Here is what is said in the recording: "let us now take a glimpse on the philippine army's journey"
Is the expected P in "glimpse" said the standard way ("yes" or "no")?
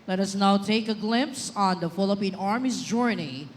yes